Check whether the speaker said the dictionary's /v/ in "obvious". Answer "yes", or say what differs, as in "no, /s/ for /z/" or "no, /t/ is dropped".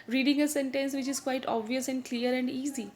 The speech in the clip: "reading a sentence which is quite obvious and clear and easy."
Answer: yes